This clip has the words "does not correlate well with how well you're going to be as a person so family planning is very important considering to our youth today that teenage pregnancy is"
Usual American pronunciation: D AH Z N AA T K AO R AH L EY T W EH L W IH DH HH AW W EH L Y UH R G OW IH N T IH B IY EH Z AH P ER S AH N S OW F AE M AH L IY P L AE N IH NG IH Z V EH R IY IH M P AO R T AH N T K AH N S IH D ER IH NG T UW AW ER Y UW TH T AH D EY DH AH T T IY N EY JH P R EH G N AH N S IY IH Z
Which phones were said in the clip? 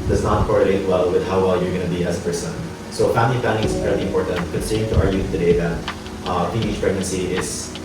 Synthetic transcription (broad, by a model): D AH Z N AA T K AO R AH L EY T W EH L W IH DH HH AW W EH L Y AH R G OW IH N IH B IY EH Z AH P ER S AH N S OW F AE M AH L IY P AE L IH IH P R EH L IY IH M P AO R T AH N T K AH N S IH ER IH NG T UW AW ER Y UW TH T AH D EY DH AH T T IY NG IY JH P R EH G N AH N S IY IH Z